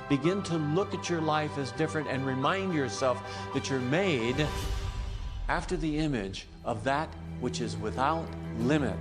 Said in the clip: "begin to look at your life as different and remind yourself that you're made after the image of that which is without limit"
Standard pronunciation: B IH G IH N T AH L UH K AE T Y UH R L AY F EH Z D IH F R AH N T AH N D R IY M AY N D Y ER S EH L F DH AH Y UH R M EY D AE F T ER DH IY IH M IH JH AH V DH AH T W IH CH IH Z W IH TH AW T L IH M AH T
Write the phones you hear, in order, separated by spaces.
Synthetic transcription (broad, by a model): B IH G IH N T AH L UH K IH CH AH R L AY F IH Z D IH F R AH N T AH N R IY M AY N D Y ER S EH L F DH AH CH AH R M EY D AE F T ER DH IY IH M IH JH AH V DH AH T W IH CH IH Z W IH TH AW T L IH M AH T